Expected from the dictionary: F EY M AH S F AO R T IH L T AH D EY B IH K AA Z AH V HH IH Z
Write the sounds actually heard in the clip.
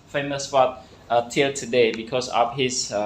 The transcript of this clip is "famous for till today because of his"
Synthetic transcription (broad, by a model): F EY M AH S P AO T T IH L T AH D EY B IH K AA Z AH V HH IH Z